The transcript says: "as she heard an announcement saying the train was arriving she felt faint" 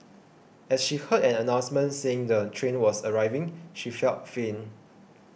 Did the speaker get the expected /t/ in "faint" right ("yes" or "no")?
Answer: no